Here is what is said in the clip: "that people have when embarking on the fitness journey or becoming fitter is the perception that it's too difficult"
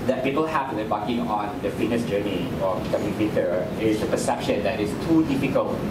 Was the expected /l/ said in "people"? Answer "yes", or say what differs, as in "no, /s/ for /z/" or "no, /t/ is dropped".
yes